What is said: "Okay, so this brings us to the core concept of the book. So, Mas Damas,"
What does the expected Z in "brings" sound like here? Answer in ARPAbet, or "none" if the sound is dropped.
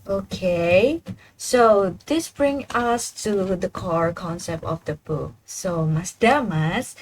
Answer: none